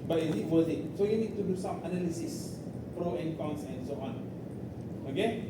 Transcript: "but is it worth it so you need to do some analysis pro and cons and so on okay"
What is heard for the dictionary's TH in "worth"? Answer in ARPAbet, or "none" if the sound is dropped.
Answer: T